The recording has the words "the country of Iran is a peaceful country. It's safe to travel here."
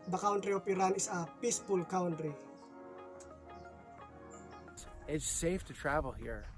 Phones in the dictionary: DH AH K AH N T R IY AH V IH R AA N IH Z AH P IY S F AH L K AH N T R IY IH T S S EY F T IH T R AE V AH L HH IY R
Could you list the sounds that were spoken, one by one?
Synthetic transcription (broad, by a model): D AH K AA N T R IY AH P IH R AA N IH S AH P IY S P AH L K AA N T R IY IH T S S EY F T IH T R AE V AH L HH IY R